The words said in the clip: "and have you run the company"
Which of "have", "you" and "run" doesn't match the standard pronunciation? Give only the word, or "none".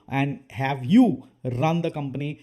none